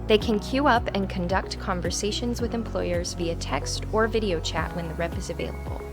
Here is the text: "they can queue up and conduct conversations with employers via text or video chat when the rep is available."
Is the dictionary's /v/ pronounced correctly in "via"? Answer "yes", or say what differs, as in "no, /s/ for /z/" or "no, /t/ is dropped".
yes